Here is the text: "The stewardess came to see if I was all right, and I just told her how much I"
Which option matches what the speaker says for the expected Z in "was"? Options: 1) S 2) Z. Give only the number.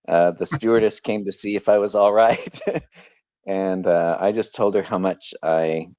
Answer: 2